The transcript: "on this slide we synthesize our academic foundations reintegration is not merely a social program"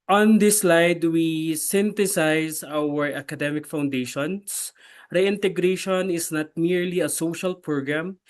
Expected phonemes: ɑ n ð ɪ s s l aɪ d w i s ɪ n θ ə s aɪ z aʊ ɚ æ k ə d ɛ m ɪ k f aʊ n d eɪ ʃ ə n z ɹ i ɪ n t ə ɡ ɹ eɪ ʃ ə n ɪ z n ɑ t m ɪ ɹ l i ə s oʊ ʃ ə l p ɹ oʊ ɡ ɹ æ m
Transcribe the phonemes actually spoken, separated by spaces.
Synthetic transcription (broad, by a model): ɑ n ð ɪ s s l aɪ d w i s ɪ n t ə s aɪ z aʊ ɚ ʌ k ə d ɛ m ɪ k f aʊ n d eɪ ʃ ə n s ɹ i ɪ n t ə ɡ ɹ eɪ ʃ ə n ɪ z n ɑ t m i ɹ l i ə s oʊ ʃ ə l p ɹ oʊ ɡ ɹ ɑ m